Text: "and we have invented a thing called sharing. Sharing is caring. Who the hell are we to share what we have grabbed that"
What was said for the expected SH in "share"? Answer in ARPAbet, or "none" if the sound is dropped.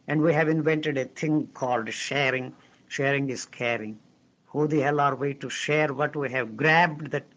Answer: SH